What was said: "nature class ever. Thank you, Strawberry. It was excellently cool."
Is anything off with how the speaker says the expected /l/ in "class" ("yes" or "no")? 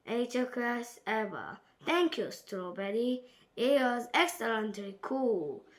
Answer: yes